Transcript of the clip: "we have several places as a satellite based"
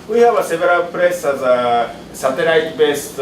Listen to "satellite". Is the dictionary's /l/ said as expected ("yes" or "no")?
no